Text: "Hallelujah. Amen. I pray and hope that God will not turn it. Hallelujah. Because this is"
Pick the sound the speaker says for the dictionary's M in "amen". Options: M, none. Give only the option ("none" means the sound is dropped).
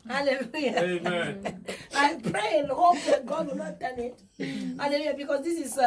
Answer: none